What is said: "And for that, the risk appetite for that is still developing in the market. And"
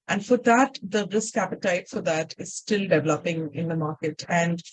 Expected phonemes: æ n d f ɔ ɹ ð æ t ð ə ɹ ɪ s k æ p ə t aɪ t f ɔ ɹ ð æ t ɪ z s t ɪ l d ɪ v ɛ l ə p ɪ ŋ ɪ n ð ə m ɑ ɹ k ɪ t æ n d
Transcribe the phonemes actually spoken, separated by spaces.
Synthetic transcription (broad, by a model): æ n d f ɔ ɹ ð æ t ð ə ɹ ɪ s k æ p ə t aɪ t f ɔ ɹ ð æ t ɪ z s t ɪ l d ɪ v ɛ l ə p ɪ ŋ ɪ n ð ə m ɑ ɹ k ɪ t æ n d